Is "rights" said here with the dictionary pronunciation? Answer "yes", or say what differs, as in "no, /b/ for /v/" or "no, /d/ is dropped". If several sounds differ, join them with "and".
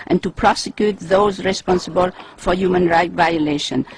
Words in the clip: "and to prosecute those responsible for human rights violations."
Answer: no, /s/ is dropped